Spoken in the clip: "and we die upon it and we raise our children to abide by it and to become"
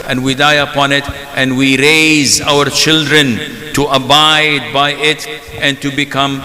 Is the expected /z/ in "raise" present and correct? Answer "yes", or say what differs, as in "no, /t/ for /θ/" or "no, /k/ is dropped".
yes